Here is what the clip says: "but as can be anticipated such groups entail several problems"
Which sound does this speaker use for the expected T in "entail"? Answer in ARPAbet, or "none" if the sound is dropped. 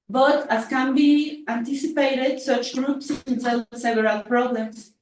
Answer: S